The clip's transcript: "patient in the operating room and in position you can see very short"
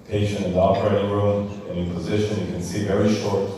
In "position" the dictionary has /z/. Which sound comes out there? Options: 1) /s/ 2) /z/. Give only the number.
2